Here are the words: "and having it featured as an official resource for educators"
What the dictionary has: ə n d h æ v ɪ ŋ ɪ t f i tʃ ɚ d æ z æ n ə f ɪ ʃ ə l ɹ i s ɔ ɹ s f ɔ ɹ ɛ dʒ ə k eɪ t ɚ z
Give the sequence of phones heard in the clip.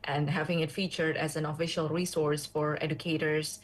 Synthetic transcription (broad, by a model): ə n d h æ v ɪ ŋ ɪ t f i tʃ ɚ d æ z æ n ə f ɪ ʃ ə l ɹ i s ɔ ɹ s f ɔ ɹ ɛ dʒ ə k eɪ t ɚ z